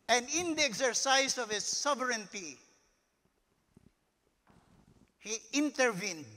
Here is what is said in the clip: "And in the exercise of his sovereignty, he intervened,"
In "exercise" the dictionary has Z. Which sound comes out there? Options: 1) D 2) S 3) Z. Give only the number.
2